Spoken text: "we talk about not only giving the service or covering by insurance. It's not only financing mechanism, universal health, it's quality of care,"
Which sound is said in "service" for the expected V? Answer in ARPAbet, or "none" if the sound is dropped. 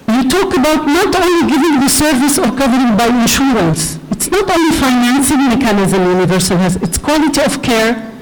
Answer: V